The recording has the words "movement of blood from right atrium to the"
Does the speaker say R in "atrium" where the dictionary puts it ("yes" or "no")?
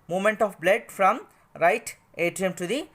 no